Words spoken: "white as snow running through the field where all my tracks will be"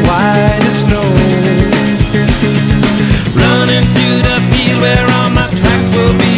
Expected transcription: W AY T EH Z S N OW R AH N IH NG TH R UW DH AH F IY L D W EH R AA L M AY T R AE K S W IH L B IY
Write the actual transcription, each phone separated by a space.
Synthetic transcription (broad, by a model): W AY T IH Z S N OW R AH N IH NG TH R UW DH AH P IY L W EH R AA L M AY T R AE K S W IH L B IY